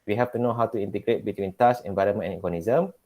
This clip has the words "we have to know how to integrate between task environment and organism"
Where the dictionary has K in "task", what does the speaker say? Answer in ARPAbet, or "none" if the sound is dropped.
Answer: none